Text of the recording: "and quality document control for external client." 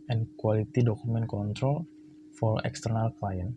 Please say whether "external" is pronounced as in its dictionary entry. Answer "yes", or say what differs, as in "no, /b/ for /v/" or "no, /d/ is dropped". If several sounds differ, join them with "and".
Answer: yes